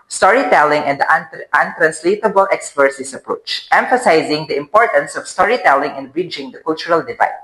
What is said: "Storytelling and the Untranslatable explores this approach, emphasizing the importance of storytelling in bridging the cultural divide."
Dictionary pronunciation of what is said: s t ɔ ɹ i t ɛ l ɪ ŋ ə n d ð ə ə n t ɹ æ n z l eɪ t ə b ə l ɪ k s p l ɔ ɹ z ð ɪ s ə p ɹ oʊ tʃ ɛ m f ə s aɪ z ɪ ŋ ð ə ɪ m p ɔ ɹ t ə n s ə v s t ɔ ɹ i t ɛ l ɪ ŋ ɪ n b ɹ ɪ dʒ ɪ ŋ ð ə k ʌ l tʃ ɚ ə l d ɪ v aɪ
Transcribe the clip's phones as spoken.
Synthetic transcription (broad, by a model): s t ɔ ɹ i t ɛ l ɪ ŋ ə n d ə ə n t ɹ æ n s l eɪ t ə b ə l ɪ k s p ʌ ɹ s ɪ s ə p ɹ oʊ tʃ ɛ m f ə s aɪ z ɪ ŋ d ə ɪ m p ɔ ɹ t ə n s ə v s t ɔ ɹ i t ɛ l ɪ ŋ ɪ n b ɹ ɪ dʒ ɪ ŋ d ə k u l tʃ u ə l d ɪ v aɪ